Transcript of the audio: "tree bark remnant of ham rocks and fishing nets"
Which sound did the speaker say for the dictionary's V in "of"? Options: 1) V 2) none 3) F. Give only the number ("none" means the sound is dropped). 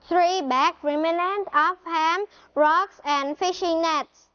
3